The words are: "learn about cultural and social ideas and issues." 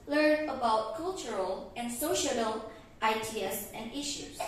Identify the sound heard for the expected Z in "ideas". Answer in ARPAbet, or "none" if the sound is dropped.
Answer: S